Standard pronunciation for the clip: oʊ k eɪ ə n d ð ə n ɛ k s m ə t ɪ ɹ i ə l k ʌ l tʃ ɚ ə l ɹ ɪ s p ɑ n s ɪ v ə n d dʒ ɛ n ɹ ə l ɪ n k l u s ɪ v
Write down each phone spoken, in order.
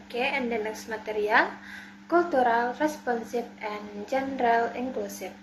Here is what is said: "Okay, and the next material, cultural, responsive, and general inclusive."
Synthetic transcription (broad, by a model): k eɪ ə n d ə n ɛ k s m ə t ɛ ɹ i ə l k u l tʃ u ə l ɹ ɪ s p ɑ n s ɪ f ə n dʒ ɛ n ɹ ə l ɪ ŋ k l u s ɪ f